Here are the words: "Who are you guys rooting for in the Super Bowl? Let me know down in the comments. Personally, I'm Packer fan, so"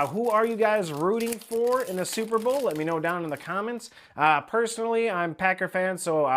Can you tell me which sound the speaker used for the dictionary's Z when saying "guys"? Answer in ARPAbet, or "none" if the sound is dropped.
Z